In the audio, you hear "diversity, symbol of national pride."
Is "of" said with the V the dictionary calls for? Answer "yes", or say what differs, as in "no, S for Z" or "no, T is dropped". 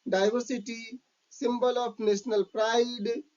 no, P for V